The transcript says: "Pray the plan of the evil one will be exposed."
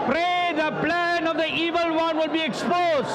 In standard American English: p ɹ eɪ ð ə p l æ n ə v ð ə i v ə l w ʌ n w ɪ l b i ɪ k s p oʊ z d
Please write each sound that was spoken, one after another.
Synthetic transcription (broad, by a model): p ɹ eɪ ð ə p l æ n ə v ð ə i v ə l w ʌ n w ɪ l b i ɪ k s p oʊ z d